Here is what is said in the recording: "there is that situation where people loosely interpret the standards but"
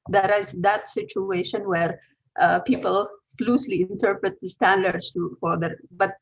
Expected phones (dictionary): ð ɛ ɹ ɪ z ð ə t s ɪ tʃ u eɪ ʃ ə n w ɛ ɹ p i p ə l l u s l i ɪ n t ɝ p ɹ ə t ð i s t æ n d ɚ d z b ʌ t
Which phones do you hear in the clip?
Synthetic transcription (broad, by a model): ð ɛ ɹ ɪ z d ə t s ɪ tʃ u eɪ ʃ ə n w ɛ ɹ p i p ə l l u s l i ɪ n t ɝ p ɹ ə t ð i s t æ n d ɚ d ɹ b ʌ t